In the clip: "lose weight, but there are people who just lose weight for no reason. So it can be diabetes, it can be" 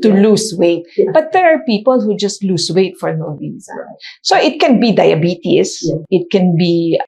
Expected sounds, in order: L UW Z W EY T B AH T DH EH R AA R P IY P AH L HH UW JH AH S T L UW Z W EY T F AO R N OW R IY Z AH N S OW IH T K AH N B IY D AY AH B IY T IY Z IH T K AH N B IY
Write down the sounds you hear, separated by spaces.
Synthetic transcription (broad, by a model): L UW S W EY T B AH T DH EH R AA R P IY P AH L HH UW JH AH S T L UW S W EY T F AO R N OW W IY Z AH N S OW IH T K AH N B IY D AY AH B IY T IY S IH T K AH N B IY